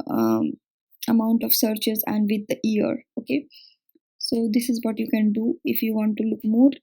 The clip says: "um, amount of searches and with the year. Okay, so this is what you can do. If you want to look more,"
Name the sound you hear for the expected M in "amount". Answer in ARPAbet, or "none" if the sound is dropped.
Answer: none